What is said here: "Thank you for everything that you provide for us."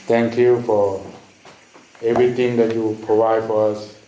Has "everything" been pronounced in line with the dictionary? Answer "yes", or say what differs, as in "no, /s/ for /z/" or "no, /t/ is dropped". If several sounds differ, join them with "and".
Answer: no, /t/ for /θ/